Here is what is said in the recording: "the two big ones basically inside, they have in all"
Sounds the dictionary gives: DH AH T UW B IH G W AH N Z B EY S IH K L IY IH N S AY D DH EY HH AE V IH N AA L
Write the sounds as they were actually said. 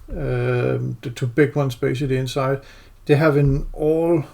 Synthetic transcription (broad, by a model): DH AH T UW B IH G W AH N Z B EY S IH L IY IH N S AY D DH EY HH AE V IH N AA L